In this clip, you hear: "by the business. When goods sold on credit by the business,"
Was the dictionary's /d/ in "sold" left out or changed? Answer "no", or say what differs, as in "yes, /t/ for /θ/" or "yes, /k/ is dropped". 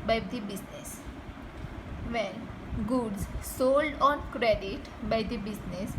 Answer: no